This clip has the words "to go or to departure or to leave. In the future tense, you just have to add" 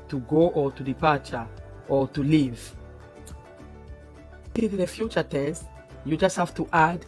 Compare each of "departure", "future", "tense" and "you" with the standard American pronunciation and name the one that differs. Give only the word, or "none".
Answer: tense